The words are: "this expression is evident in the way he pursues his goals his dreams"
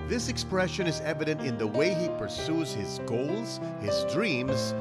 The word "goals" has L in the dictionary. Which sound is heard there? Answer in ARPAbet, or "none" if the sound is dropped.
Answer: L